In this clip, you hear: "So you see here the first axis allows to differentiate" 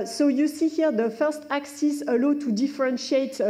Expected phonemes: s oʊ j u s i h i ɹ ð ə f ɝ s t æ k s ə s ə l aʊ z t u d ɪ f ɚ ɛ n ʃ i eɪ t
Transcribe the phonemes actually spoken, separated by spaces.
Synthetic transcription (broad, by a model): s oʊ j u s i h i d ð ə f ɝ s t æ k s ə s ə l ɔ t u d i f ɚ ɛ n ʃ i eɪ t